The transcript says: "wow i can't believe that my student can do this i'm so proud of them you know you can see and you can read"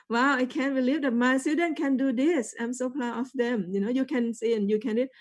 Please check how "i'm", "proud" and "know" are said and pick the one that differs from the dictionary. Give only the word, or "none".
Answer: proud